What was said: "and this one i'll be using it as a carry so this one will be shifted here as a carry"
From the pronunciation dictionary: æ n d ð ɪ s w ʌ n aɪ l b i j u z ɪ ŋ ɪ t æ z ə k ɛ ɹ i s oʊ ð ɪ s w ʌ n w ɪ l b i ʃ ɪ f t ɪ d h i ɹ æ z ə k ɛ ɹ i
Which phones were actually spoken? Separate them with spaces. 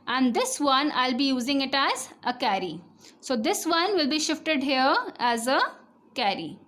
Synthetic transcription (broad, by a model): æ n d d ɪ s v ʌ n aɪ l b i j u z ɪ ŋ ɪ t æ z ə k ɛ ɹ i s oʊ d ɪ s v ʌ n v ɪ l b i ʃ ɪ f t ɪ d h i ɹ æ z ə k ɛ ɹ i